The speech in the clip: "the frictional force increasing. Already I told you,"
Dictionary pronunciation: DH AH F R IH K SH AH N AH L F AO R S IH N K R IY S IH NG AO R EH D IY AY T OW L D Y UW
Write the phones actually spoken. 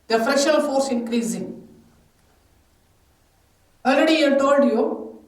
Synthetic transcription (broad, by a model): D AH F R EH SH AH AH L F AO R S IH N K R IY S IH NG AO L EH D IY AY T OW L D Y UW